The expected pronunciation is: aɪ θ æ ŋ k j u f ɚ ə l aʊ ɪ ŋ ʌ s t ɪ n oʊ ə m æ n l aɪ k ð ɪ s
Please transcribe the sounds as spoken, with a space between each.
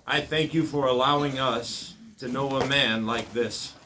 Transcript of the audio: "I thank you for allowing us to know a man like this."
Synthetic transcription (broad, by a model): aɪ θ æ ŋ k j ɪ f ɚ ə l aʊ ɪ ŋ ʌ s t ɪ n oʊ ə m æ n l aɪ k ð ɪ s